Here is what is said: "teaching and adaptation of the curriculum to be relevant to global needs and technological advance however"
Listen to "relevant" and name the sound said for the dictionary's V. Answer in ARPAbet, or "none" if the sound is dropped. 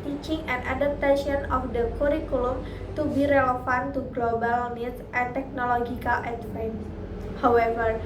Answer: F